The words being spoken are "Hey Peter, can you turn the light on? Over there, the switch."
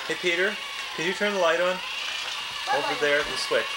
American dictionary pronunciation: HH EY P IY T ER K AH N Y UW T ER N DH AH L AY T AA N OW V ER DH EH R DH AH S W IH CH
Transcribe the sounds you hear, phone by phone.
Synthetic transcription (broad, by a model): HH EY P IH T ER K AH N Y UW T ER N DH AH L AY T AA N OW V ER DH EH R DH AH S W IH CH